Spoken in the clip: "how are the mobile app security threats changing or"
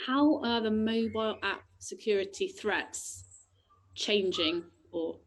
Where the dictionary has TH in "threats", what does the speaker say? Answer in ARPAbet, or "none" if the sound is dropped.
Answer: TH